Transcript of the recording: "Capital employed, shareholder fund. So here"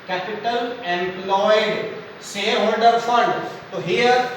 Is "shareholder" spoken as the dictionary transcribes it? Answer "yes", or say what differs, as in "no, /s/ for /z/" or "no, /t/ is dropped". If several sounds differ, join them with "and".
no, /s/ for /ʃ/